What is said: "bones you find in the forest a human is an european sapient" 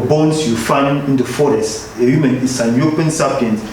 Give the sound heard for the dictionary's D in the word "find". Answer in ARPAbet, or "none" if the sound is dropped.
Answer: none